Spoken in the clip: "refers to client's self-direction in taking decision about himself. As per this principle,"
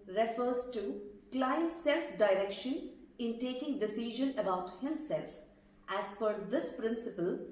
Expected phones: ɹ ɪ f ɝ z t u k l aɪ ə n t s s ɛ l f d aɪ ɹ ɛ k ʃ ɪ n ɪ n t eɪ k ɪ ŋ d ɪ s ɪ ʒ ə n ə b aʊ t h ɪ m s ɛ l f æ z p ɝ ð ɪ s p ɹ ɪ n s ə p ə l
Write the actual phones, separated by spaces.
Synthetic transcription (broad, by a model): ɹ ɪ f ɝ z t u k l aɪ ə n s s ɛ l f d aɪ ɹ ɛ k ʃ ɪ n ɪ n t eɪ k ɪ ŋ d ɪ s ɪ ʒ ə n ə b aʊ t h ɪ m s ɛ l f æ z f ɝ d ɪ s p ɹ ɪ n s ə p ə l